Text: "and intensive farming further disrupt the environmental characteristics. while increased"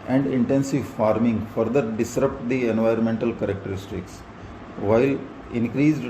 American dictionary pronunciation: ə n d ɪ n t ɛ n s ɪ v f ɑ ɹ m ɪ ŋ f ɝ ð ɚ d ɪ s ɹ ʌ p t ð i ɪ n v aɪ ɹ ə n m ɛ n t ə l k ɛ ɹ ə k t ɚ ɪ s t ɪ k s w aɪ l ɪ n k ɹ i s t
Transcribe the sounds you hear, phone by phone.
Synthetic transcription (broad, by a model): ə n d ɪ n t ɛ n s ɪ v f ɑ ɹ m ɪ ŋ f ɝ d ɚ d ɪ s ɹ ʌ p t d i ɪ n v aɪ ɹ ə n m ɛ n t ə l k ɛ ɹ ə k t ɚ ɪ s t ɪ k s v aɪ l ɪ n k ɹ i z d